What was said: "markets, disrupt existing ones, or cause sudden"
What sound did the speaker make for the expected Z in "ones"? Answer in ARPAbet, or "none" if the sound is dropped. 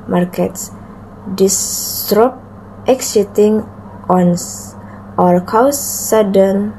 none